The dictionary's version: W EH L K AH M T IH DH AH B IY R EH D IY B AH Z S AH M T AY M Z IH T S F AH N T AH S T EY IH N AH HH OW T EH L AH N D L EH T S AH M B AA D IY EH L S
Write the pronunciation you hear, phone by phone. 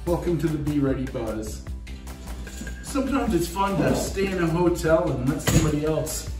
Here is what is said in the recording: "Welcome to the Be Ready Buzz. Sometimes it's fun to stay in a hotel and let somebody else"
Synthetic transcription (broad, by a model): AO K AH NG T IH DH AH B IY R EH D IY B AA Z S AH M T AY M Z IH T S F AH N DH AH S T EY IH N AH HH OW T EH L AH N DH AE T S AH M B AA D IY EH L S